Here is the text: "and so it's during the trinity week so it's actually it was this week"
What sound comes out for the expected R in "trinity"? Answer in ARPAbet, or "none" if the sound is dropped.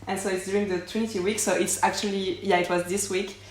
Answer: W